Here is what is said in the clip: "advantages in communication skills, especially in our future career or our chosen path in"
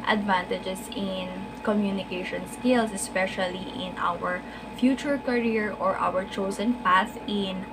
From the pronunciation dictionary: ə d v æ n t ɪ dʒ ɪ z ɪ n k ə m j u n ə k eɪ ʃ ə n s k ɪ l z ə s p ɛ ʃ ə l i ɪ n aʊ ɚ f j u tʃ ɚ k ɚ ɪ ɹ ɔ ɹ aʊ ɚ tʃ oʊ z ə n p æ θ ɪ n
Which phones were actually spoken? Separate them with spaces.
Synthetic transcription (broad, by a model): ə d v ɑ n t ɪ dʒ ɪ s ɪ n k ə m j u n ə k eɪ ʃ ə n s k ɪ l s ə s p ɛ ʃ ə l i ɪ n aʊ ɚ f j u tʃ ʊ k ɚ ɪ ɹ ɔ ɹ aʊ ɚ tʃ oʊ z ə n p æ s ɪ n